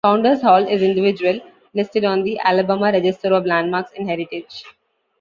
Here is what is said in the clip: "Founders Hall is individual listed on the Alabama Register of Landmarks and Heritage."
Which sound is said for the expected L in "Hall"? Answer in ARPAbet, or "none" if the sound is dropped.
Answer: L